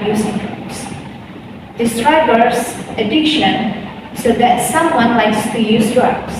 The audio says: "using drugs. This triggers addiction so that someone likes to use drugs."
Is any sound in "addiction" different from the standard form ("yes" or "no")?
no